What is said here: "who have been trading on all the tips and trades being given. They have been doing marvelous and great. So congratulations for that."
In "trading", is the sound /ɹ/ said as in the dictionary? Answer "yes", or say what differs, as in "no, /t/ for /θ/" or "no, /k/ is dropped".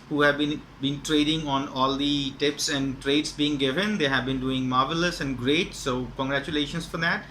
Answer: yes